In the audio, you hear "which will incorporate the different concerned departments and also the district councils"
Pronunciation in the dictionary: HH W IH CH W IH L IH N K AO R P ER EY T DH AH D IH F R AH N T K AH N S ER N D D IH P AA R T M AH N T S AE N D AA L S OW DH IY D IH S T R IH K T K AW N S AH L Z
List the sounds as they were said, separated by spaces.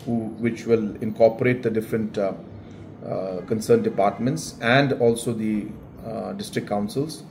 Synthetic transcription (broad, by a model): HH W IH CH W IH L IH N K AO R P ER EY T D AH D IH F R AH N T K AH N S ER N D D IH P AA R T M AH N T S AE N D AA L S OW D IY D IH S T R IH K K AW N S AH L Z